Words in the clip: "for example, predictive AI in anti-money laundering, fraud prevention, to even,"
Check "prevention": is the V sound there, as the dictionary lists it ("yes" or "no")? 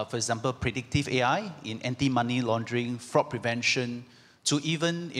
yes